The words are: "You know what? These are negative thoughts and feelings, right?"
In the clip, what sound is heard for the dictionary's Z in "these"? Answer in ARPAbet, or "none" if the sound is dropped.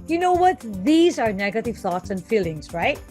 Z